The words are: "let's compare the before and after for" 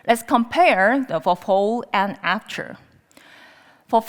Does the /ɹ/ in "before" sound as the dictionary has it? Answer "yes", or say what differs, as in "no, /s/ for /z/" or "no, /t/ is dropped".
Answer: no, /l/ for /ɹ/